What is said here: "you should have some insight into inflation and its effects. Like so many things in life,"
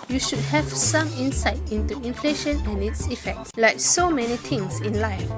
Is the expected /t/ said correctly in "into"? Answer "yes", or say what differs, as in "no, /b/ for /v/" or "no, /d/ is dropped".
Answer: yes